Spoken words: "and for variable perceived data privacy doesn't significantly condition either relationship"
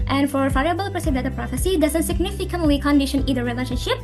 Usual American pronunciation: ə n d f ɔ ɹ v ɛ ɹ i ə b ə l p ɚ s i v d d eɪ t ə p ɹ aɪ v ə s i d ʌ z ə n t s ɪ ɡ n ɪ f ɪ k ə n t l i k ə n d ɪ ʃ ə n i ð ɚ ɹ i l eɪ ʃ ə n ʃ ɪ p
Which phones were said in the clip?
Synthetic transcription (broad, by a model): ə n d f ɔ ɹ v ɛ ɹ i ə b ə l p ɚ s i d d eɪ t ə p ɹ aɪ f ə s i d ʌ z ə n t s ɪ ɡ n ɪ f ɪ k ə n t l i k ə n d ɪ ʃ ə n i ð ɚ ɹ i l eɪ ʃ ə n ʃ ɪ p